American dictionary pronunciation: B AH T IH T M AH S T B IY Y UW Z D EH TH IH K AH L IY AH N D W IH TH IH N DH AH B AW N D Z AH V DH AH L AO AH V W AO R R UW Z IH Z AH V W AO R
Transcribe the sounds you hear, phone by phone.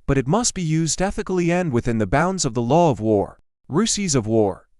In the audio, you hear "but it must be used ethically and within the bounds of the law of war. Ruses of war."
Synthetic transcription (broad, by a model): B AH T IH T M AH S T B IY Y UW Z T EH TH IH K L IY AH N D W IH TH IH N DH AH B AW N D Z AH V DH AH L AO AH V W AO R R UW S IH Z AH V W AO R